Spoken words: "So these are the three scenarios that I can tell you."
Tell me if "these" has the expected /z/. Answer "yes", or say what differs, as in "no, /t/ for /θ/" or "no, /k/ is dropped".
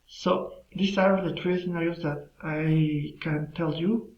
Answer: no, /s/ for /z/